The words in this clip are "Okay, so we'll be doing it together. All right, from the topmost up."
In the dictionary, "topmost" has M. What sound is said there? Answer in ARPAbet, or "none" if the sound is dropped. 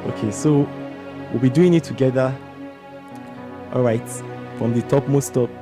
M